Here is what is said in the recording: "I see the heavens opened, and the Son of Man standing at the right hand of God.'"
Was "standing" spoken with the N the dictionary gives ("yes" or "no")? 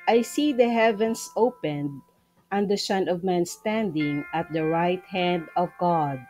yes